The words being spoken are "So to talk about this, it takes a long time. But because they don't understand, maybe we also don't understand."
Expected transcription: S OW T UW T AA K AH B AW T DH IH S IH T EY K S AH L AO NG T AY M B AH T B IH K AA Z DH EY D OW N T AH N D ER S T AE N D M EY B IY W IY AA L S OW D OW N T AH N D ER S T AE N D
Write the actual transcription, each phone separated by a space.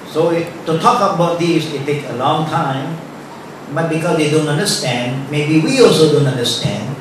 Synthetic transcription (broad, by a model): S OW T UW T AA K AH B AW T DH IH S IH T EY K AH L AO NG T AY M B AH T B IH K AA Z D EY D OW N T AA N D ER S T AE N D M EY B IY W IY AA L S OW D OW N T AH N D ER S T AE N D